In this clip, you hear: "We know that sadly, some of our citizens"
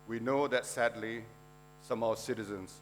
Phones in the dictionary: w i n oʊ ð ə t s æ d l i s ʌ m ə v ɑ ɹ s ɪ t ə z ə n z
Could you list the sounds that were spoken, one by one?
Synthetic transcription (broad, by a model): w i n oʊ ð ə t s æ d l i s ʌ m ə w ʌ s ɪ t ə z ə n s